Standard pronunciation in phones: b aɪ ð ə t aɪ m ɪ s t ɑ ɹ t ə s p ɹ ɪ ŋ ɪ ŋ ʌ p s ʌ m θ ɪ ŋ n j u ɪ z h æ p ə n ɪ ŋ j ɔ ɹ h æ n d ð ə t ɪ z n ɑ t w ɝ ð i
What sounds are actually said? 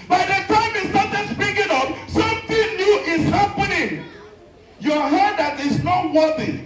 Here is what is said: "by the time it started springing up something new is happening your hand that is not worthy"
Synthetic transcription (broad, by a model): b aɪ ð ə t aɪ m ɪ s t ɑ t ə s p ɪ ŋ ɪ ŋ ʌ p s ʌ m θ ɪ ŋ n j u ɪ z h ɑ p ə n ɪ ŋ j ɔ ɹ h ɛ d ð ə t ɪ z n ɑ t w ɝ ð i